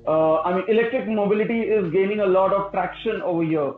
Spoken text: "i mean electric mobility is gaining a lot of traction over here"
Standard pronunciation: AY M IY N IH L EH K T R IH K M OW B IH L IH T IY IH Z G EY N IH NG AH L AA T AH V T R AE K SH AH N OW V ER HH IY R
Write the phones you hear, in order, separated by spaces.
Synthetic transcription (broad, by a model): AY M IY N IH L EH K T R IH K M OW B IH L IH T IY IH Z G EY N IH NG AH L AA T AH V T R AE K SH AH N OW V ER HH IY R